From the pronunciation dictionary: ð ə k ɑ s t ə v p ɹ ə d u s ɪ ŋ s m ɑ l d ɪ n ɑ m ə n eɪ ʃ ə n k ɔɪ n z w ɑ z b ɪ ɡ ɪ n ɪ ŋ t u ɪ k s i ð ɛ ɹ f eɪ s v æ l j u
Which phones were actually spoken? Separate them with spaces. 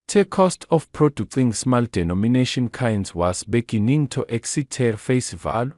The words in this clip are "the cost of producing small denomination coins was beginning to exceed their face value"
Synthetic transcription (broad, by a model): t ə k ɑ s t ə f p ɹ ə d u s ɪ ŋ s m ɑ l d ɪ n ɑ m ə n eɪ ʃ ə n k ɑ n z w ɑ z b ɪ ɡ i n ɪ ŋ t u ɪ k s i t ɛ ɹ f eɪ s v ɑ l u